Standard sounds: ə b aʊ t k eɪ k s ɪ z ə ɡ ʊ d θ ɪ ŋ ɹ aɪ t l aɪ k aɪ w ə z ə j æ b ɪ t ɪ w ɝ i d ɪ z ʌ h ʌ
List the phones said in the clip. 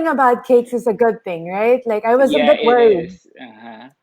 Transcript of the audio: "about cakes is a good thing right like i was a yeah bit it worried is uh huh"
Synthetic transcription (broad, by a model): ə b aʊ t k eɪ k s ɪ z ə ɡ ʊ d θ ɪ ŋ ɹ aɪ t l aɪ k aɪ w ə z ə b ɪ t w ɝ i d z